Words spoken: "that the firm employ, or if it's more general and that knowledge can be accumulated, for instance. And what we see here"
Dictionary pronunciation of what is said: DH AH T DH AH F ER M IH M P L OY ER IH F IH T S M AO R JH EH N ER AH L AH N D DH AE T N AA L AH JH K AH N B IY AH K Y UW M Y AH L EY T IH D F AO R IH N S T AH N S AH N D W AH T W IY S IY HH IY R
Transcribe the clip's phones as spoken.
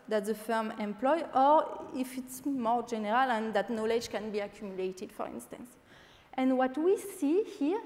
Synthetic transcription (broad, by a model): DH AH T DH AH F ER M IH M P L OY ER IH F IH T S M AO R JH EH N ER AH L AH N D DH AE T N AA L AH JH K AH N B IY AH K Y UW M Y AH L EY T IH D F AO R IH N S T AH N S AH N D W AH T W IY S IY HH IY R